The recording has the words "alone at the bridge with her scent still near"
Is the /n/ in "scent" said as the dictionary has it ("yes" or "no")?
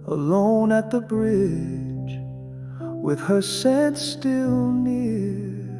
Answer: no